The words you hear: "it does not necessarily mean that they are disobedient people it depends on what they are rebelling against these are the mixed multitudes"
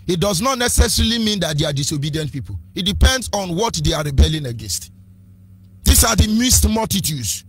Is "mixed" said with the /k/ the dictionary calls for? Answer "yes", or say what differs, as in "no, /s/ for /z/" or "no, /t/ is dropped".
no, /k/ is dropped